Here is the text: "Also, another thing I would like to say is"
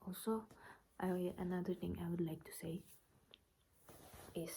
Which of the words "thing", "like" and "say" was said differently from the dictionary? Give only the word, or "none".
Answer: thing